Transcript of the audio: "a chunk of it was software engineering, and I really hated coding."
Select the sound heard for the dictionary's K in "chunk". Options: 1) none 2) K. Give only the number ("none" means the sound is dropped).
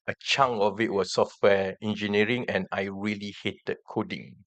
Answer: 1